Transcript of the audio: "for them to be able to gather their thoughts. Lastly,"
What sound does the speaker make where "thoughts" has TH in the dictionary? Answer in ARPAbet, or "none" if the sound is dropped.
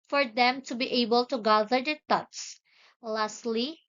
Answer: T